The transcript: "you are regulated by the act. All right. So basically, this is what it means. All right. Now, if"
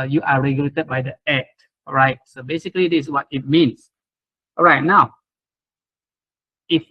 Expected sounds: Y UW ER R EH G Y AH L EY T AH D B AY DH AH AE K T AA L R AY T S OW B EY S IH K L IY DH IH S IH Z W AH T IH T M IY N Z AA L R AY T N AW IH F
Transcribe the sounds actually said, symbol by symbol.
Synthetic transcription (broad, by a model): Y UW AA R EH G Y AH L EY T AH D B AY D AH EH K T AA R AY T S OW B EY S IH K IY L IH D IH S W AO T IH T M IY N S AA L R AY T N AW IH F